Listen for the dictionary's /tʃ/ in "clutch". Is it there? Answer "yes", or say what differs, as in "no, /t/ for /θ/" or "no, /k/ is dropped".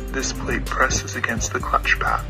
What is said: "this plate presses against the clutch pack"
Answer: yes